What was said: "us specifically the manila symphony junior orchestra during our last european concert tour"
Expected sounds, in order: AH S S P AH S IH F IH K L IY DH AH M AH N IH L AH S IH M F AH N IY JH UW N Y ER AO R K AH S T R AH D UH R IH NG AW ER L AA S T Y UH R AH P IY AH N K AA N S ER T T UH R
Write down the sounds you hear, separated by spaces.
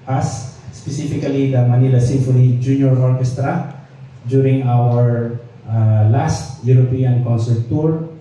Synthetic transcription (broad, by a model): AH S S P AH S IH F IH K L IY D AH M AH N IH L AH S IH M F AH L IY JH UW N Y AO AO R K AH S T R AH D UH R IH NG AW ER L AA S T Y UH R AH P IY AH N K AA N S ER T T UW R